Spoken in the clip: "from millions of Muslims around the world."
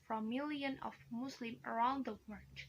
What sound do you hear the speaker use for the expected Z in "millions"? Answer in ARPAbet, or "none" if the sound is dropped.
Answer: none